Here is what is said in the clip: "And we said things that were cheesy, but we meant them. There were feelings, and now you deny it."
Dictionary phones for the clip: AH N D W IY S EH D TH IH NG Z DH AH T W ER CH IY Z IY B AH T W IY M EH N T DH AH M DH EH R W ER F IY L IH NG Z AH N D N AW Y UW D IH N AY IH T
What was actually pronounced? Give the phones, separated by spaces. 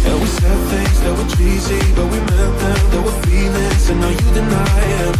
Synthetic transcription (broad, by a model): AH W IY S EH D TH IH NG Z DH AH T W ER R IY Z IY B AH T W IY M EH N T DH AH M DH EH W ER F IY N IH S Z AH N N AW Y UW D IH N AY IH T